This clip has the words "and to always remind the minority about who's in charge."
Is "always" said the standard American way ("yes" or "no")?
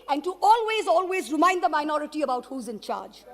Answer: yes